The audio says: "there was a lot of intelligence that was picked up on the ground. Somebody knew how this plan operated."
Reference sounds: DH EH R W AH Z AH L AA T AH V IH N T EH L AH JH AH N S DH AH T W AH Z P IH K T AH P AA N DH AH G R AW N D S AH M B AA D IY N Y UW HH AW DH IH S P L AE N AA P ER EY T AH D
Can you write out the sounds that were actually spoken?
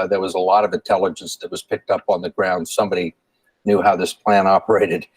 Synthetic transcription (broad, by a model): DH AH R W AH Z AH L AA T AH V IH N T EH L AH JH AH N S DH AH T W AH Z P IH K T AH P N DH AH G R AW N D S AH M B AA D IY N Y UW HH AW DH IH S P L AE N AA P ER EY T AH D